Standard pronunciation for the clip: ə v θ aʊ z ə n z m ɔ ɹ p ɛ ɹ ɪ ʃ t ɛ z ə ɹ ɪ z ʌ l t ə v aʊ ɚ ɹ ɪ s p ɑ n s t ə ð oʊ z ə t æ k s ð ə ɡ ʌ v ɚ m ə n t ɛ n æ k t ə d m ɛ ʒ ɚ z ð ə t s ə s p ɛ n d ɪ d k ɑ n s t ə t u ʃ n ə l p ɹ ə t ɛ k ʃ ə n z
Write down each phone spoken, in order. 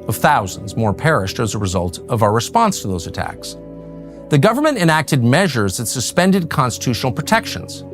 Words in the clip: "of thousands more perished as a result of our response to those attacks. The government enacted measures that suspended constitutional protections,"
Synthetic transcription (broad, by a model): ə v θ aʊ z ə n z m ɔ ɹ p ɛ ɹ ɪ ʃ t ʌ z ə ɹ ɪ z ʌ l t ə v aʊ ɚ ɹ ɪ s p ɑ n s t ə ð oʊ z ə t æ k s ð ə ɡ ʌ v ɚ m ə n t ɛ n æ k t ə d m ɛ ʒ ɚ z ð ə t s ə s p ɛ n d ɪ d k ɑ n s t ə t u ʃ n l p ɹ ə t ɛ k ʃ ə n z